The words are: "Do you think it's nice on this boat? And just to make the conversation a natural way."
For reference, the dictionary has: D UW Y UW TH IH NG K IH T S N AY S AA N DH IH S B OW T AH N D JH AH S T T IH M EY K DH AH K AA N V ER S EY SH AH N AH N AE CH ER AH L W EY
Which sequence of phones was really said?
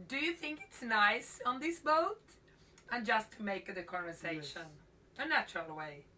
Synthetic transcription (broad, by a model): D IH Y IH TH IH NG K IH T S N AY S N DH IH S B OW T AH N JH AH S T T IH M EY K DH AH K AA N V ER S EY SH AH N AH N AE CH ER AH L W EY